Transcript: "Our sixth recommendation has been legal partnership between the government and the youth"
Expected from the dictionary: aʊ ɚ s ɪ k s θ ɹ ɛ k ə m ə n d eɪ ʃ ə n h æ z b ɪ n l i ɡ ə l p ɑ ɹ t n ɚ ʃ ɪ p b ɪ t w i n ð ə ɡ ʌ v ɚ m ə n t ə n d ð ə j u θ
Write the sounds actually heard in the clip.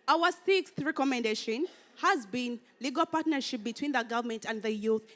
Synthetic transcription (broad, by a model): aʊ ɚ s ɪ k s θ ɹ ɛ k ə m ə n d eɪ ʃ ə n h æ z b ɪ n l i ɡ ə l p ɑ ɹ t n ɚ ʃ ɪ p b ɪ t w i n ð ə ɡ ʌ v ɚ m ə n t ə n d ð ə j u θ